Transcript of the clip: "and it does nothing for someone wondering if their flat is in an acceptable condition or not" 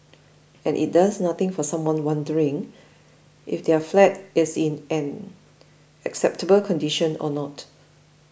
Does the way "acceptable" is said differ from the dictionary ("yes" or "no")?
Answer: no